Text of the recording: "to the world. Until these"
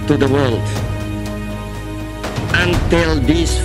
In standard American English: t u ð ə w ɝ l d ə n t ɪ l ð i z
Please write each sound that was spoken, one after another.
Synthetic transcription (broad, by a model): t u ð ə w ɝ l d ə n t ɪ l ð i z